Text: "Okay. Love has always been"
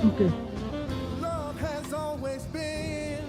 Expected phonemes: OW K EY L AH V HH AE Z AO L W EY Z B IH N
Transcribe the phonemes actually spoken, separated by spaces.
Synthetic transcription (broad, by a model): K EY L AH V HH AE Z AO L W EY Z B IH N